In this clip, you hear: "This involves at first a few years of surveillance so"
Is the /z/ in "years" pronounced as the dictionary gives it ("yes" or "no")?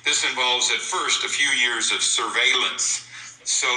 yes